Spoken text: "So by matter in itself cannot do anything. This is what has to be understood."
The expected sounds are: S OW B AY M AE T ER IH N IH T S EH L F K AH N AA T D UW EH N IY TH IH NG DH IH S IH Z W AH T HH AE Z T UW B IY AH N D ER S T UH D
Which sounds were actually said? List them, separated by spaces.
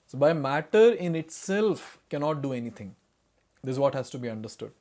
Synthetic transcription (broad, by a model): S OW B AY M AE T ER IH N IH T S EH L F K AH N AA T D UW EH N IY T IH NG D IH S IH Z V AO T HH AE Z T UW B IY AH N D ER S T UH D